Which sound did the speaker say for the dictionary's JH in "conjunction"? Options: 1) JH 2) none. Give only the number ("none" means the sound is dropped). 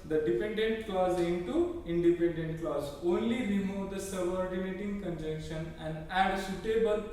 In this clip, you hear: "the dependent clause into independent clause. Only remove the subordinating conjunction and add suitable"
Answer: 1